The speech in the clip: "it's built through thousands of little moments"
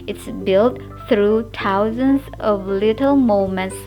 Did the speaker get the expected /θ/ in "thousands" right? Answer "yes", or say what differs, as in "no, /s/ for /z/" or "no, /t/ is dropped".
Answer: no, /t/ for /θ/